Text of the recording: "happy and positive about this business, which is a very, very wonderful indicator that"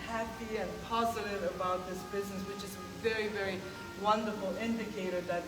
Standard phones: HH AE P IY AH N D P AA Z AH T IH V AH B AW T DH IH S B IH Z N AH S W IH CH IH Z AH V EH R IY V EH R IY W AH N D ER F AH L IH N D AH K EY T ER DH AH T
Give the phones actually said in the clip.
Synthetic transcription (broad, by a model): HH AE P IY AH N P AA Z AH T IH V AH B AW T DH IH S B IH Z N AH S W IH CH IH Z AH V EH R IY V EH R IY W AH N D ER F L IH N D AH K EY T ER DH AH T